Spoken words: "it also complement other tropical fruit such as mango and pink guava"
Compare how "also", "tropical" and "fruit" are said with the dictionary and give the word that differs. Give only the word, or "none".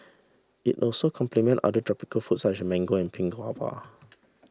fruit